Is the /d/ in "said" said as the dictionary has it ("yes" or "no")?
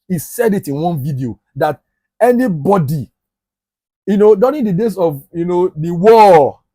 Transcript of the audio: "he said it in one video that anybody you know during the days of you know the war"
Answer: yes